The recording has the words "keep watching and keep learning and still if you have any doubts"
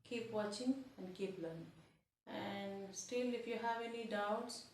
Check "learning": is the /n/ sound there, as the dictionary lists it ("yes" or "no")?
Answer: no